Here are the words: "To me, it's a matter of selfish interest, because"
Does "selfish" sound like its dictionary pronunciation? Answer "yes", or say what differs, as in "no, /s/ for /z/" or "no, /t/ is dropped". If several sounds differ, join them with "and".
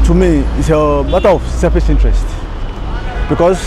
no, /l/ is dropped and /s/ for /ʃ/